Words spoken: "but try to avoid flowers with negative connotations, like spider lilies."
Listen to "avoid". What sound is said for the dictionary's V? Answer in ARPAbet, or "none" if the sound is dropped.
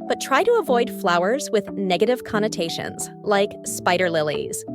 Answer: V